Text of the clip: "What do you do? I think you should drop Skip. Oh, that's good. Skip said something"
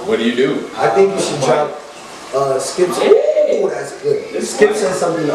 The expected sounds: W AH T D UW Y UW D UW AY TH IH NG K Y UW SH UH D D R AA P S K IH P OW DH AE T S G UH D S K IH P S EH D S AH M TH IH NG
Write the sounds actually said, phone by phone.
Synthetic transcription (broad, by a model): W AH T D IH Y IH D UW AY TH IH NG K Y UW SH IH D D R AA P S K IH P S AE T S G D S K IH P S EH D S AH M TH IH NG